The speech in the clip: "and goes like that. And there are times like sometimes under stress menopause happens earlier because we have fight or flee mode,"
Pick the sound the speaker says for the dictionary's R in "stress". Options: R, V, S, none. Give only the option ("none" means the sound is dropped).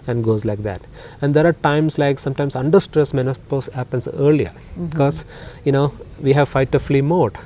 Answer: R